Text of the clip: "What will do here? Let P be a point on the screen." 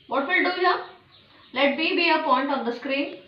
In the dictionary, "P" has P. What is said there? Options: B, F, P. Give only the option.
B